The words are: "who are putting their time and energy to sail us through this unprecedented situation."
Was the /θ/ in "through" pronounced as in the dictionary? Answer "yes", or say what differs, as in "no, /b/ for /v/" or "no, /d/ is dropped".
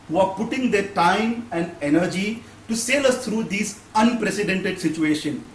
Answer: no, /t/ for /θ/